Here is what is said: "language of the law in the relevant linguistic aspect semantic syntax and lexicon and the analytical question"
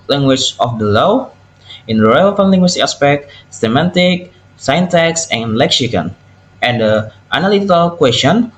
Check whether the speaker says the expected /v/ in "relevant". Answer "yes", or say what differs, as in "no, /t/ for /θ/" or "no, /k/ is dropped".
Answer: no, /f/ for /v/